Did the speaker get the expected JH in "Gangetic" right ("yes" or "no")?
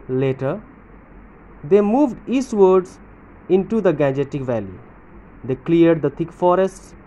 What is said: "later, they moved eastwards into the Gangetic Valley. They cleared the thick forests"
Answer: yes